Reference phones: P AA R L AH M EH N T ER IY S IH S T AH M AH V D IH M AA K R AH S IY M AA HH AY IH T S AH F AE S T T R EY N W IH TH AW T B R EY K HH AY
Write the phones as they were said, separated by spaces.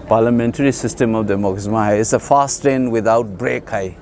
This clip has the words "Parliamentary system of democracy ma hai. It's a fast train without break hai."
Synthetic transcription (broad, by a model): P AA R L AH M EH N T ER IY S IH S T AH M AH F D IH M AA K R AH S M AA HH AY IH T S AH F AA S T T EY N W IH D AW T B R EY K HH AY